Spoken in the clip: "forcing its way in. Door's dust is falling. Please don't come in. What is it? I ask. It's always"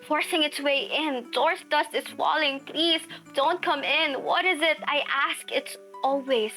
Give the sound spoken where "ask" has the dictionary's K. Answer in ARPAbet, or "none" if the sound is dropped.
K